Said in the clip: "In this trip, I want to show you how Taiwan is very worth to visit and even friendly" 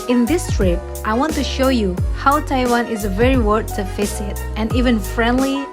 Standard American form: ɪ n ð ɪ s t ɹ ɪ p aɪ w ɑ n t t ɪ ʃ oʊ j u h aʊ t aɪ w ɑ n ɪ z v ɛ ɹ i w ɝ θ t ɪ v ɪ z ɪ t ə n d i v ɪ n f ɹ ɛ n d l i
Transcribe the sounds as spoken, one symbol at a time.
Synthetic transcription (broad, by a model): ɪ n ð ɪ s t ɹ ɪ p aɪ w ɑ n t t ɪ ʃ oʊ j u h aʊ t aɪ w ɑ n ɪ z v ɛ ɹ i w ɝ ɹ t ɪ f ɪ s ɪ t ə n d i v ɪ n f ɹ ɛ n d l i